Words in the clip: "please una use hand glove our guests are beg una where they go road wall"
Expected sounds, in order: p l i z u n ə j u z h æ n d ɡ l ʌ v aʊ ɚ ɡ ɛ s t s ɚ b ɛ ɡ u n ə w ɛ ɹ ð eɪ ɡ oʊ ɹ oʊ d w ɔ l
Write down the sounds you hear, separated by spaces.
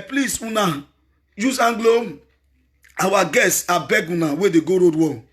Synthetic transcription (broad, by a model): p l i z u n ə j u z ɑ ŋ ɡ l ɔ aʊ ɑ ɡ ɛ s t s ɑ b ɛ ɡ u n ə w ɛ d eɪ ɡ oʊ ɹ oʊ d w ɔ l